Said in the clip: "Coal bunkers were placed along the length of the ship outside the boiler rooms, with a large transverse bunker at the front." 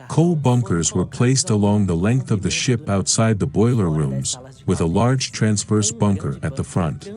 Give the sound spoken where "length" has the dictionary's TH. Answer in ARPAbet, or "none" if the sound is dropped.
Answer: TH